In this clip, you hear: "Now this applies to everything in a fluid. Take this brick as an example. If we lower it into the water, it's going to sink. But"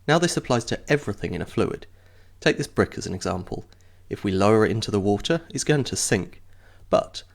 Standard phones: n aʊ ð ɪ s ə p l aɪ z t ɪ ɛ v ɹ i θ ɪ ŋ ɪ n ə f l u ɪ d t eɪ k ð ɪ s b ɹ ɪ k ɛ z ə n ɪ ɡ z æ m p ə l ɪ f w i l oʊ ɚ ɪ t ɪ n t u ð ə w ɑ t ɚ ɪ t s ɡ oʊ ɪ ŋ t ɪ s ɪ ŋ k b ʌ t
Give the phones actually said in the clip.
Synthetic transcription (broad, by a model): n aʊ ð ɪ s ə p l aɪ z t ɪ ɛ v ɹ i θ ɪ ŋ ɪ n ə f l u ɪ d t eɪ k ð ɪ s b ɹ ɪ k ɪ z ə n ɪ ɡ z æ m p ə l ɪ f w i l oʊ ɚ ɪ t ɪ n t u ð ə w ɑ t ɚ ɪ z ɡ oʊ ɪ ŋ t ɪ s ɪ ŋ k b ʌ t